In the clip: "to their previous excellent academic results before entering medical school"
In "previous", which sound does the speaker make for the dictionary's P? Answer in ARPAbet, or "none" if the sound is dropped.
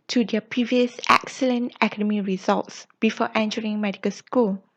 P